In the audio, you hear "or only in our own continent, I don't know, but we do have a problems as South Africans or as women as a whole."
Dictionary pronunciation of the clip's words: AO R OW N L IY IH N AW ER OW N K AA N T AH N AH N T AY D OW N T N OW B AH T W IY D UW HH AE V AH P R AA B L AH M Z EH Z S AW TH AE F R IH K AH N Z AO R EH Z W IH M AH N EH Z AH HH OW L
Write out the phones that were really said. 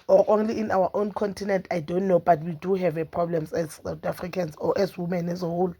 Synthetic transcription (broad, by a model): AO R OW N L IY IH N AW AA OW N K AA N T AH N AH N T AY D OW N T N OW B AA T W IY D UW HH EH V AH P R AA B L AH M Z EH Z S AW T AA F R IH K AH N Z AO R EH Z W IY M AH N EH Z AH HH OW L